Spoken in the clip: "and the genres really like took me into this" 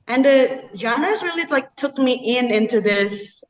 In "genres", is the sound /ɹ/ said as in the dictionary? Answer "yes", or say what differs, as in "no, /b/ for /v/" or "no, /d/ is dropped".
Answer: no, /ɹ/ is dropped